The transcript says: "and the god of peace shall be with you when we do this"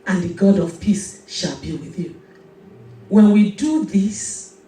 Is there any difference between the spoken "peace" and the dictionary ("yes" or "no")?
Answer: no